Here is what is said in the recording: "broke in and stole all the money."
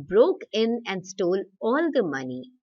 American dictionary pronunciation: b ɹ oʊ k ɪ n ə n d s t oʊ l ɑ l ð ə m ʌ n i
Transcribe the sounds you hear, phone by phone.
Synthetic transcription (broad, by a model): b ɹ oʊ k ɪ n ə n d s t oʊ l ɑ l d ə m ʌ n i